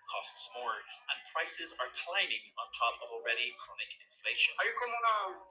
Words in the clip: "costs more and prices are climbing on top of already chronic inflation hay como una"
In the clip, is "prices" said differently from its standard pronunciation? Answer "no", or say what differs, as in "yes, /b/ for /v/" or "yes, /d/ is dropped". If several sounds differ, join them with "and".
no